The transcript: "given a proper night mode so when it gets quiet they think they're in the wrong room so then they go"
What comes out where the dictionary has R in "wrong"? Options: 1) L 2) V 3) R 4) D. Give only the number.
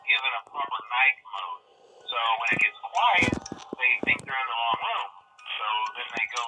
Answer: 1